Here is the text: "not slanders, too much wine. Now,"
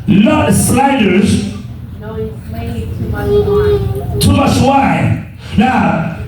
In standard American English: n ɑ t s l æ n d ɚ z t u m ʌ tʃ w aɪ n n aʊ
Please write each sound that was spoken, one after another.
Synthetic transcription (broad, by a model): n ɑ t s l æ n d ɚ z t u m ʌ s w aɪ n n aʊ